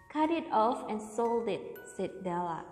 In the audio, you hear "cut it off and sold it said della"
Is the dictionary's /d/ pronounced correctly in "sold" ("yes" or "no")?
yes